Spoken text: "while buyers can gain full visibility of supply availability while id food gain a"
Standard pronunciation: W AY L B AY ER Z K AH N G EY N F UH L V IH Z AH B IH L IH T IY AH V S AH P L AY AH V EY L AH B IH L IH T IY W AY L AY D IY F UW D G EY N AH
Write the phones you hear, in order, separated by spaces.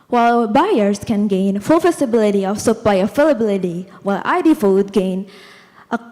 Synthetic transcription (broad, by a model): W AY L B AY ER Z K AH N G EY N F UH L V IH S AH B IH L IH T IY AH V S AH P L AY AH F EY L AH B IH L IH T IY W AY L AY D IY F UW D G EY N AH